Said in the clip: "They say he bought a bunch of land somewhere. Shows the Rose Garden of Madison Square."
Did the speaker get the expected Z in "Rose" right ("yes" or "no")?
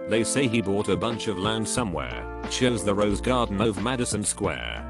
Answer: yes